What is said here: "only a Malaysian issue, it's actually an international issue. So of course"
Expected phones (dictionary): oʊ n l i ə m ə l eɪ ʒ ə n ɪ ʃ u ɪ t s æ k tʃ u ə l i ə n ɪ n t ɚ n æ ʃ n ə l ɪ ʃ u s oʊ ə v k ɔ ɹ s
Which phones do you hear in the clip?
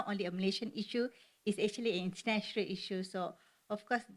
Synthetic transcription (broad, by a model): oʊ n l i ə m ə l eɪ ʃ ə n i ʃ u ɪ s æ k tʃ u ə l i ə n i n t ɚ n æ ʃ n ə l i ʃ u s oʊ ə f k ɔ s